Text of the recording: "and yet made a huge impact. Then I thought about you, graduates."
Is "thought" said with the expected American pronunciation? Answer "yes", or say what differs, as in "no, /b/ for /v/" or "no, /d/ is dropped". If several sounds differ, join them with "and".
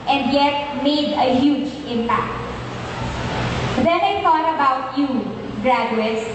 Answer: no, /t/ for /θ/